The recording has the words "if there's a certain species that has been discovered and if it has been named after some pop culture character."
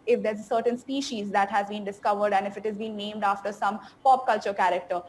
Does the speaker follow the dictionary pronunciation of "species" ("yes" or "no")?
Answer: yes